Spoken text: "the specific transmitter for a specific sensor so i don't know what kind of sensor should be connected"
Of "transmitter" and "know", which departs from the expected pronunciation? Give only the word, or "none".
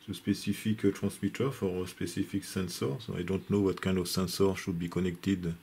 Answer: transmitter